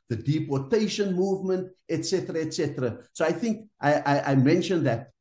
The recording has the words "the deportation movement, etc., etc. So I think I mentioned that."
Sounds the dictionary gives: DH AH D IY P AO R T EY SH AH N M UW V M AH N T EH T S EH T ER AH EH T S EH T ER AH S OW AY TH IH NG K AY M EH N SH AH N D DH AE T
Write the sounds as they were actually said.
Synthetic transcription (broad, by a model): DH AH D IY P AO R T EY SH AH N M UW V M AH N T EH T S EH T ER AH EH T S EH T ER AH S OW AY TH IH NG K AY M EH N SH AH N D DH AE T